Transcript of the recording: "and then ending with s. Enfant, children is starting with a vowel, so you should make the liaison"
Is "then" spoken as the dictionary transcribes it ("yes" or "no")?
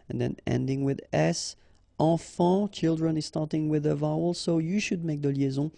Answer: yes